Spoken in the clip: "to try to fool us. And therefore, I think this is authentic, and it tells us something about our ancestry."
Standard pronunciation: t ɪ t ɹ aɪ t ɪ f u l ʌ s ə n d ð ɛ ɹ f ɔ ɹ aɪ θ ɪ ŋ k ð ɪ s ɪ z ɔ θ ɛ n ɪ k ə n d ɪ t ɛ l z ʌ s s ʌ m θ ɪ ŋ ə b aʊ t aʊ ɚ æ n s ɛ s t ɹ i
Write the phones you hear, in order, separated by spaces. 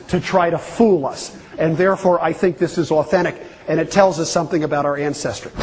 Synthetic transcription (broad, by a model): t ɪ t ɹ aɪ t ɪ f u l ʌ s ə n ð ɛ ɹ f ɔ ɹ aɪ θ ɪ ŋ k ð ɪ s ɪ z ɔ θ ɛ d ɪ k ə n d ɪ t ɛ l z ʌ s s ʌ m θ ɪ ŋ ə b aʊ t aʊ ɚ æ n s ɛ s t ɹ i